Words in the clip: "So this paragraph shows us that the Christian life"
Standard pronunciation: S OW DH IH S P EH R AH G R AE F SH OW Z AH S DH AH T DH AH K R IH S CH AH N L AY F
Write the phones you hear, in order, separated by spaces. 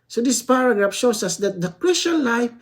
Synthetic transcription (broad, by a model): S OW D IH S P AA R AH G R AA F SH OW S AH S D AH T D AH K R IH S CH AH N L AY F